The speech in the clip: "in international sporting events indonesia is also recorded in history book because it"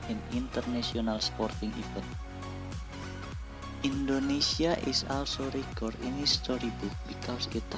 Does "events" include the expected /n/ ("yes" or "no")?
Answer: no